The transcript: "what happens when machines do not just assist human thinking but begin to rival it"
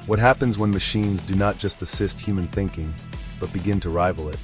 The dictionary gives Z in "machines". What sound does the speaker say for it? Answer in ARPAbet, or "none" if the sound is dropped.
Z